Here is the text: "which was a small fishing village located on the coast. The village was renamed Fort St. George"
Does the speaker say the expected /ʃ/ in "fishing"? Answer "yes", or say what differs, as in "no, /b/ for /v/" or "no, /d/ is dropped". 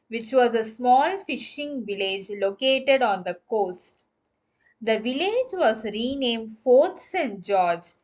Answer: yes